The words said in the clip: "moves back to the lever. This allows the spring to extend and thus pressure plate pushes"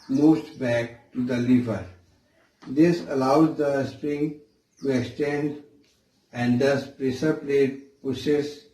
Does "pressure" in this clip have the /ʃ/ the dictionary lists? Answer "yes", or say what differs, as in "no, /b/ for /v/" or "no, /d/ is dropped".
no, /s/ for /ʃ/